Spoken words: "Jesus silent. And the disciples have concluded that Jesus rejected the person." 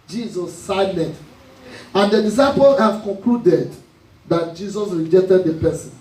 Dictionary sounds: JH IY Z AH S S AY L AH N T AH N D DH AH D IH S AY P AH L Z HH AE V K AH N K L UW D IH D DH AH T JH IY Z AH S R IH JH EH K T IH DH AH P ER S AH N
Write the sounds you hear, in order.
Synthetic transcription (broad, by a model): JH IY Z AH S S AY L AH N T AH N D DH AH D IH S AY P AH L HH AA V K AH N K L UW D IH D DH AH T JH IY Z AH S R IH JH EH K T IH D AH P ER S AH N